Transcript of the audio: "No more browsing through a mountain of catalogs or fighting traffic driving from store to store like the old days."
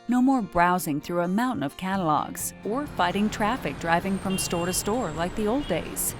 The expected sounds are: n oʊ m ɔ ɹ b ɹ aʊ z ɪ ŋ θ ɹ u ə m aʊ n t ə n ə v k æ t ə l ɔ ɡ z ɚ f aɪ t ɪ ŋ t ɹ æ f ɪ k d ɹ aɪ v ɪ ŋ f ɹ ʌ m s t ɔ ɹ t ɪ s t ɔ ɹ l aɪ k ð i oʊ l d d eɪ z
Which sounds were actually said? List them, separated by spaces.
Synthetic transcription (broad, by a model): n oʊ m ɔ ɹ b ɹ aʊ z ɪ ŋ θ ɹ u ə m aʊ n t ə n ə v k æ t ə l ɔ ɡ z ɚ f aɪ t ɪ ŋ t ɹ æ f ɪ k d ɹ aɪ v ɪ ŋ f ɹ ʌ m s t ɔ ɹ t ɪ s t ɔ ɹ l aɪ k ð i oʊ l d d eɪ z